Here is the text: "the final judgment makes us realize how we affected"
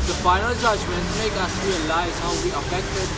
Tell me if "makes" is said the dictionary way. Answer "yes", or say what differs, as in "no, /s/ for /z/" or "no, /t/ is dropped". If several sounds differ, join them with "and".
no, /s/ is dropped